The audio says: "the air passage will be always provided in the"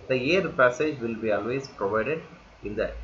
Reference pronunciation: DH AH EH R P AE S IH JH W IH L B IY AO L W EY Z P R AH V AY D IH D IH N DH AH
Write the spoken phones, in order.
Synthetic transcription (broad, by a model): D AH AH R P AE S IH JH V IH L B IY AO L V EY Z P R AH V AY D IH D IH N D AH